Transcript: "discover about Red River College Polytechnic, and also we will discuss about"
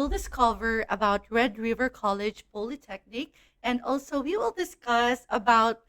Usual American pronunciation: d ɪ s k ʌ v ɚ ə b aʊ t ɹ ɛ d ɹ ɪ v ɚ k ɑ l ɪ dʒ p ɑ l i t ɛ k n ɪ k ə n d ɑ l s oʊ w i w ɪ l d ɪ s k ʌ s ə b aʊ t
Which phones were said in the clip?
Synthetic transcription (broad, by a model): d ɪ s k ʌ v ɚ ə b aʊ t ɹ ɛ d ɹ ɪ v ɚ k ɑ l ɪ dʒ p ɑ l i t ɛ k n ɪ k ə n d ɑ l s oʊ w i w ɪ l d ɪ s k ʌ s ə b aʊ t